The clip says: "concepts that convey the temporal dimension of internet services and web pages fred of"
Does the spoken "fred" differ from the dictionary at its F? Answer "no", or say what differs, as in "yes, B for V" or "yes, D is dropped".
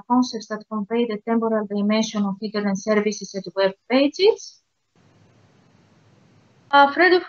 no